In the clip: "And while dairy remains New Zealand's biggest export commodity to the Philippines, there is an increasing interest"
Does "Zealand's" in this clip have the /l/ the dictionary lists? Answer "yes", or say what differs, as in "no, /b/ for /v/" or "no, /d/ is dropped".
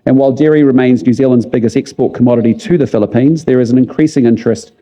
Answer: yes